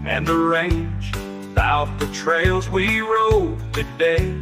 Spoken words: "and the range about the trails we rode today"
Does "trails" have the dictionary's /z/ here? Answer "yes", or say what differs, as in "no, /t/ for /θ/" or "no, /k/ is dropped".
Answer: yes